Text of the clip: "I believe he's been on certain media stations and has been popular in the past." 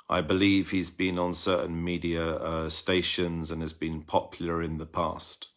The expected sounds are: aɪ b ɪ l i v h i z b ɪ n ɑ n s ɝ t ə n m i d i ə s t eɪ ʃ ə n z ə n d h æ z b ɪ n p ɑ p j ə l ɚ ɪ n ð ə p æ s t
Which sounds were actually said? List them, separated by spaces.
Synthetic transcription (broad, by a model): aɪ b ɪ l i v h i z b ɪ n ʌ n s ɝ t n m i d i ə s t eɪ ʃ ə n z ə n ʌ z b ɪ n p ɑ p j l ɚ ɪ n ð ə p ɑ s t